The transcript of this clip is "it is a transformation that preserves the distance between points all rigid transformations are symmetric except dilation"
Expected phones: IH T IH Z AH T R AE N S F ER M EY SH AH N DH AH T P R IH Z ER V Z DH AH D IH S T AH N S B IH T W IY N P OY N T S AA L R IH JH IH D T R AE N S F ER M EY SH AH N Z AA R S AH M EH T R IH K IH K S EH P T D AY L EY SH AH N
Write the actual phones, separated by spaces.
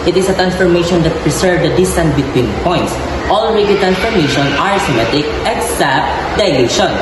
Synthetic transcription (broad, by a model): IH T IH S AH T R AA N S F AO M EY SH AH N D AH T P R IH S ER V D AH D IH S T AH N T B IH T W IY N P OY N T S AA L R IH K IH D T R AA N S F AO M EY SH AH N AA R S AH M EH T IH K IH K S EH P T D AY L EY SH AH N